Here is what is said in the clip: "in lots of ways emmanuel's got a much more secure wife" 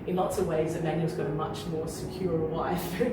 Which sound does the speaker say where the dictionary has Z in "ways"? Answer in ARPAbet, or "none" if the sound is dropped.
Z